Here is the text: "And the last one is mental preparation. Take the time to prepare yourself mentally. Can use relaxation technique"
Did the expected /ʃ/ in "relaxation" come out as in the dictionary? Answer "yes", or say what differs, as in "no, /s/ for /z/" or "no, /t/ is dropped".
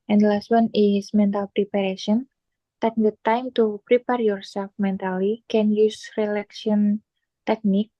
no, /ʃ/ is dropped